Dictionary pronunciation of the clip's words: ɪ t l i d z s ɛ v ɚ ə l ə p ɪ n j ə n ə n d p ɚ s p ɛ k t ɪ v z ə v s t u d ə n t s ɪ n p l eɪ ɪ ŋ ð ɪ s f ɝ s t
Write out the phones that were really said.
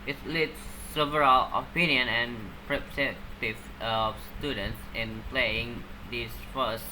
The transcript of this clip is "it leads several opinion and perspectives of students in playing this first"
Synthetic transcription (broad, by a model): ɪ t l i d s ɛ v ɚ ə l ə p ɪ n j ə n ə n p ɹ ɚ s ɛ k t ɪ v ə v s t u d ə n t s ɪ n p l eɪ ɪ ŋ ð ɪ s f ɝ s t